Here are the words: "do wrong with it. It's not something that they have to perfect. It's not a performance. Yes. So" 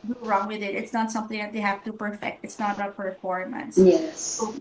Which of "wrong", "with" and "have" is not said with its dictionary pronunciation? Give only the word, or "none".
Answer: have